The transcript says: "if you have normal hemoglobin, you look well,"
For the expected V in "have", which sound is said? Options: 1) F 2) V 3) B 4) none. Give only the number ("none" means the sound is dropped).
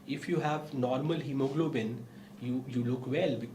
2